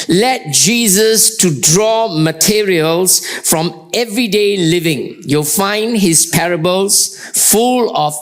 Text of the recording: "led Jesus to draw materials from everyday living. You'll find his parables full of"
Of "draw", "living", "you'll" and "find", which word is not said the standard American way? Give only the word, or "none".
none